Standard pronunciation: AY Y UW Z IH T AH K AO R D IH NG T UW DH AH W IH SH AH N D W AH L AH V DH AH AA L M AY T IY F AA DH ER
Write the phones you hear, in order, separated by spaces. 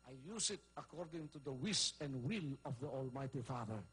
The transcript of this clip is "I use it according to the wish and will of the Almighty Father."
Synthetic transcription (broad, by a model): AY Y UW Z IH T AH K AO R D IH NG T UW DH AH W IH S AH N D W AH L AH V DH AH AA L M AY T IY F AA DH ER